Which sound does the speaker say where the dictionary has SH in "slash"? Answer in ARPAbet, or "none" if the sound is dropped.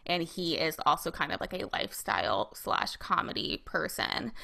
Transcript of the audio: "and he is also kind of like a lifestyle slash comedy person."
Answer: SH